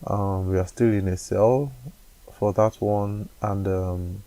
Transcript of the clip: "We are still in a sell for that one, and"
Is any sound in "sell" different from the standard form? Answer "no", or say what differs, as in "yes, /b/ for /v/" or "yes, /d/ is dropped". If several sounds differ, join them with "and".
no